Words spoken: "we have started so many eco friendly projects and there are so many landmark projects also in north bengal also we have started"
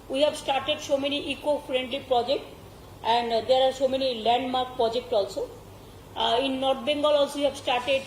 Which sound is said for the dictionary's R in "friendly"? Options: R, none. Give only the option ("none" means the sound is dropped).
R